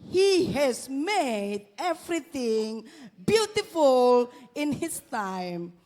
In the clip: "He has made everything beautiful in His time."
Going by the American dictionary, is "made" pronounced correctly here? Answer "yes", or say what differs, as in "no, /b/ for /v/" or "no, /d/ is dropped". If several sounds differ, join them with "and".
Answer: yes